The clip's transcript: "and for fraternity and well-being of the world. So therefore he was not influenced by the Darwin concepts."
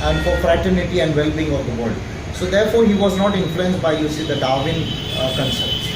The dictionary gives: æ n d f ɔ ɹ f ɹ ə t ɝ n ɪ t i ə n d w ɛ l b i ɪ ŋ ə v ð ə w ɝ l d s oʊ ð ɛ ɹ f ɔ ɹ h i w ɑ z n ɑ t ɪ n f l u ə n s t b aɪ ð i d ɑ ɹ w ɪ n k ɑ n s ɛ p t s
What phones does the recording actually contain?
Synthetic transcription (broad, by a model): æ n d f ɔ ɹ f ɹ ə t ɝ n ɪ t i ə n d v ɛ l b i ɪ ŋ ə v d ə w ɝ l d s oʊ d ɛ ɹ f ɔ ɹ h i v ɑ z n ɑ t ɪ n f l u ə n s t b aɪ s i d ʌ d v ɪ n k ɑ n s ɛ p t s